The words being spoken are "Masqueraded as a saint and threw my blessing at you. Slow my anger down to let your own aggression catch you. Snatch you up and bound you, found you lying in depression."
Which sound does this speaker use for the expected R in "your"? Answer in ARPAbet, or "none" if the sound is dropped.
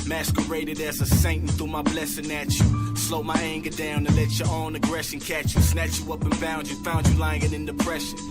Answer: L